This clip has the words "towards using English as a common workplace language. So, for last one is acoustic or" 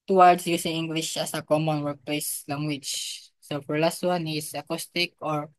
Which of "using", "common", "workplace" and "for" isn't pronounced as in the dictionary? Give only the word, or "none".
using